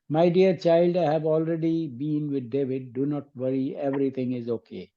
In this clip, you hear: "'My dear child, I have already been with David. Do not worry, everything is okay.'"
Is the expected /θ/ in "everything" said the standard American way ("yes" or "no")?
no